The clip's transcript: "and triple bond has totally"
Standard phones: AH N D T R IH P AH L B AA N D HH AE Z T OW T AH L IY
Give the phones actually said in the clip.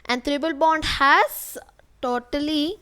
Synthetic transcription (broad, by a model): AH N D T R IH B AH L B AA N D HH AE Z T OW T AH L IY